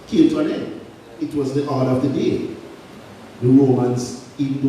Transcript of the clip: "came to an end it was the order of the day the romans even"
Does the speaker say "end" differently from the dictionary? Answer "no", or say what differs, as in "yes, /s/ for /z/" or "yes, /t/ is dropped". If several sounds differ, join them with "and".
yes, /d/ is dropped